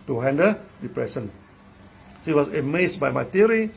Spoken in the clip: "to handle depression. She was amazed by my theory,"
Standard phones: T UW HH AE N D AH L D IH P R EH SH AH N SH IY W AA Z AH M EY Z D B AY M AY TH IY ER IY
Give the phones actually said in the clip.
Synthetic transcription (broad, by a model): T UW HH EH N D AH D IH P R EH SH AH N S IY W AA S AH M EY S B AY M AY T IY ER IY